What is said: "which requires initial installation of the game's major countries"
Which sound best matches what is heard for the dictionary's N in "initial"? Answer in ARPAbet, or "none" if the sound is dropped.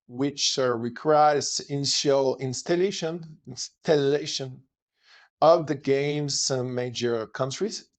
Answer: L